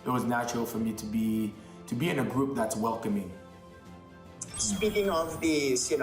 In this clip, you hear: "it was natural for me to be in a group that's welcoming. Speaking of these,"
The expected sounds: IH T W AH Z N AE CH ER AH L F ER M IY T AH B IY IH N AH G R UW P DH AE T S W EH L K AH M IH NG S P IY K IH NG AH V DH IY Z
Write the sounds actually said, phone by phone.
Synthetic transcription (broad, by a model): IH T W AH Z N AE CH ER AH L F ER M IY T AH B IY IH N AH G R UW P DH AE T S W EH L K AH M IH NG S B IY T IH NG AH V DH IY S